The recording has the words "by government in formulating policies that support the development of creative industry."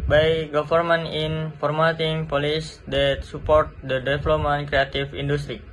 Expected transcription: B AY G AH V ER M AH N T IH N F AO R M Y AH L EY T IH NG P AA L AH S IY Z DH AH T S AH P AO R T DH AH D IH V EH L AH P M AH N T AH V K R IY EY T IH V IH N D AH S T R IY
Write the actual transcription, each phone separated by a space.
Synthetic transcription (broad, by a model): B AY G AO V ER M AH N IH N F AO R M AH T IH NG P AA L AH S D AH T S AH P AO R T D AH D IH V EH L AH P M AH N K R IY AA T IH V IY N D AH S T R IY